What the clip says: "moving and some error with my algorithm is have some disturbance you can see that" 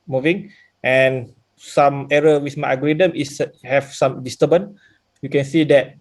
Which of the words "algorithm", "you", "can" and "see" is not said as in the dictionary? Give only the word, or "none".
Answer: algorithm